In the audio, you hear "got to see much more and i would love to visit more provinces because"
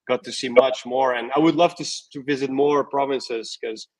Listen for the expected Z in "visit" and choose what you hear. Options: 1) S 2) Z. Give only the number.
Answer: 2